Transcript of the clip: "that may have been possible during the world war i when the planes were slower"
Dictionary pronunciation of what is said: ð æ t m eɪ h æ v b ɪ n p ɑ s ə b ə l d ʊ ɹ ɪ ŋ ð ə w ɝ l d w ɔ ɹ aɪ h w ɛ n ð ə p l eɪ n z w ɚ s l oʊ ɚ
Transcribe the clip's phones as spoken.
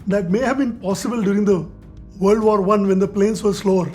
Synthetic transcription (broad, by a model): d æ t m eɪ h æ v b ɪ n p ɑ s ə b ə l d ʊ ɹ ɪ ŋ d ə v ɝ l d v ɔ ɹ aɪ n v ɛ n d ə p l eɪ n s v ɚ s l oʊ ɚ